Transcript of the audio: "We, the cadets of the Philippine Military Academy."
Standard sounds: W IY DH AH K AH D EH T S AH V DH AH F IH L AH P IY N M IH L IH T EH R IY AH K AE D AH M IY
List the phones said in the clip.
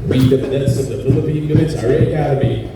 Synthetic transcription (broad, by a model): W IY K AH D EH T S AH V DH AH F IH L AH P IY N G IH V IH S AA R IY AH K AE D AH M IY